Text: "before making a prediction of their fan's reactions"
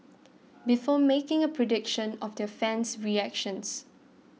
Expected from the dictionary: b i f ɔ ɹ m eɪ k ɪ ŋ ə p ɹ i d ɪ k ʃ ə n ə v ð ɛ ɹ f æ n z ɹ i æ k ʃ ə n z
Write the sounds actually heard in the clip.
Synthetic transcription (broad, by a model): b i f ɔ m eɪ k ɪ ŋ ə p ɹ i d ɪ k ʃ ə n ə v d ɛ f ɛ n s ɹ i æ k ʃ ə n s